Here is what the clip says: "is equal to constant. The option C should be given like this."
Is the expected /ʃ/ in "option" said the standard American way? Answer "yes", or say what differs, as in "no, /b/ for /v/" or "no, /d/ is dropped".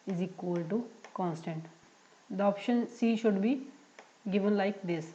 yes